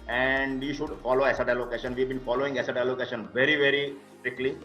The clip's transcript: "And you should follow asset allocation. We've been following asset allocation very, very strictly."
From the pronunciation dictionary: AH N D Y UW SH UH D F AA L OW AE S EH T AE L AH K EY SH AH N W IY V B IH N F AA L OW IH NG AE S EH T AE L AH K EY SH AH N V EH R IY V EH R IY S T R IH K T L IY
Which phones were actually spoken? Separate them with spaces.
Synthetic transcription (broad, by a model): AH N D Y UW SH UH D F AA L OW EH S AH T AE L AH K EY SH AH N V IY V B IH N F AA L OW IH NG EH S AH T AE L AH K EY SH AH N V EH R IY V EH R IY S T R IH K L IY